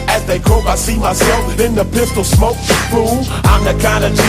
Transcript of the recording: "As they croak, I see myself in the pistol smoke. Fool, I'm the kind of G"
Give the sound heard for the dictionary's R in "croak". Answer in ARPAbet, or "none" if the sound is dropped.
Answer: none